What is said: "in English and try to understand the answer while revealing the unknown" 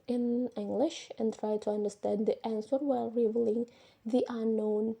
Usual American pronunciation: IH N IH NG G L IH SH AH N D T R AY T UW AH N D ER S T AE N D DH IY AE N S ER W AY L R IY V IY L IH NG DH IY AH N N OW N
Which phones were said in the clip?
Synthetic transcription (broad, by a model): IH N IH NG G L IH SH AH N T R AY T UW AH N D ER S T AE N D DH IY AE N S ER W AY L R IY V L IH NG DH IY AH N N OW N